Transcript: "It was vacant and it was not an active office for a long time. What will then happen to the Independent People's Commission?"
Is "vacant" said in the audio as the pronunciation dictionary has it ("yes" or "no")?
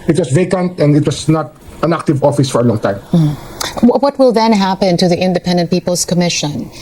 yes